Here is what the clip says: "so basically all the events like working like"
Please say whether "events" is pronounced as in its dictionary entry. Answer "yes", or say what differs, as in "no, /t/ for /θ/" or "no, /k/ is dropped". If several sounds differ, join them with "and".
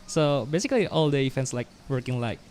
no, /f/ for /v/